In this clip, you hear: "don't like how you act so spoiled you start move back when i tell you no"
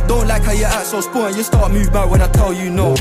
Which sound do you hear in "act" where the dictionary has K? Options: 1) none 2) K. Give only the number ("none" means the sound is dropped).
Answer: 1